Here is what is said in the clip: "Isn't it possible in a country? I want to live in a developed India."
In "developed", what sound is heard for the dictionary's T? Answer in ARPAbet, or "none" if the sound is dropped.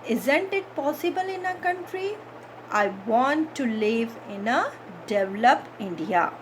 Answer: none